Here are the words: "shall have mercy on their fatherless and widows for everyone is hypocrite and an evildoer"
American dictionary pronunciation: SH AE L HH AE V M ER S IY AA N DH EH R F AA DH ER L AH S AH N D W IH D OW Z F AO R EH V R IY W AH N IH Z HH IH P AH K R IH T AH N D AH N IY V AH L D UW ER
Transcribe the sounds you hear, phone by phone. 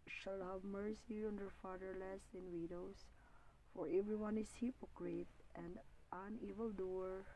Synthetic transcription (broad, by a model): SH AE L HH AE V M ER S IY AA N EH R F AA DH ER L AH S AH N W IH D OW S F AO R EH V R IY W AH N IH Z HH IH P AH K R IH T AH N D AH N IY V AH L D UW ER